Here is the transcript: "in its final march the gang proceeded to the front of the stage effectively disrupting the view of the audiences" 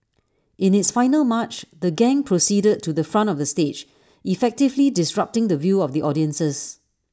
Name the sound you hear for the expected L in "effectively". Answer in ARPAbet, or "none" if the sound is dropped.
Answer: L